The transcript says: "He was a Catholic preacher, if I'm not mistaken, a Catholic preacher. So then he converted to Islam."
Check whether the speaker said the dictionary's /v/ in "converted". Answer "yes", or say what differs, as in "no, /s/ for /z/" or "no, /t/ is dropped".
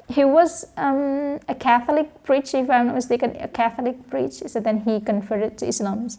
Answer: no, /f/ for /v/